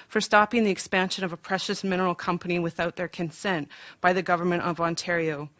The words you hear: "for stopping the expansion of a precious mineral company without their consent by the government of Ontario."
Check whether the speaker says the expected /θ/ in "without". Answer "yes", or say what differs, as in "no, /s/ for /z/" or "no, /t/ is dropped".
yes